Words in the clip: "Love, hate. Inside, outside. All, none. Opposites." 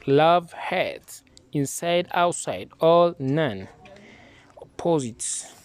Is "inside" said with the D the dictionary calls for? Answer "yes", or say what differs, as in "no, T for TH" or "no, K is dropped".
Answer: yes